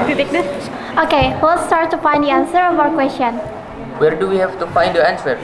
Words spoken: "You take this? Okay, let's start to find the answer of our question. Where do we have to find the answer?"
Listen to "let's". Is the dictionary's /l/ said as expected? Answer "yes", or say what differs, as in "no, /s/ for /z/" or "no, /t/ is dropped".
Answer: no, /w/ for /l/